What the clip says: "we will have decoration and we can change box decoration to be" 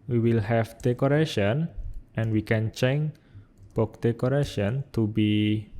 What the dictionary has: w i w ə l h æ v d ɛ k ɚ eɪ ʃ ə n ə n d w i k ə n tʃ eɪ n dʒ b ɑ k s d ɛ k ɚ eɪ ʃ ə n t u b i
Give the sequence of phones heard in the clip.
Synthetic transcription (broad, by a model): w i w ə l h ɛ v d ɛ k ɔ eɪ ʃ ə n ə n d w i k ə n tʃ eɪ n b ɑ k d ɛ k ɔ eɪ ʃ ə n t u b i